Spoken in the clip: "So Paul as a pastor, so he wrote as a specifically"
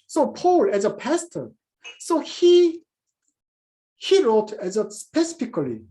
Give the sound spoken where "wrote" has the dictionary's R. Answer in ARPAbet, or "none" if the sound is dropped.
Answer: R